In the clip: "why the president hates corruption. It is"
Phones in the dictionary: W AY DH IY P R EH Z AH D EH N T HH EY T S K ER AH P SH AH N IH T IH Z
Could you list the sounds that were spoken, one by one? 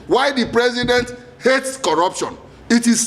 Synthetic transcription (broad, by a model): W AY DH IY P R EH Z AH D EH N T HH EY T S K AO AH P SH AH N IH T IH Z